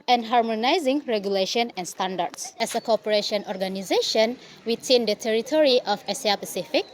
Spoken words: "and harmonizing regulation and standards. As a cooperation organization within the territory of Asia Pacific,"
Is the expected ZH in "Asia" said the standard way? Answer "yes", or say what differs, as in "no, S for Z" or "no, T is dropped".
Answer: no, S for ZH